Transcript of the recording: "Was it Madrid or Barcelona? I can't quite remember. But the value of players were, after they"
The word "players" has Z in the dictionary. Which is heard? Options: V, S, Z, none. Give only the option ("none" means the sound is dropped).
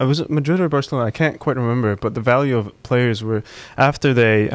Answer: Z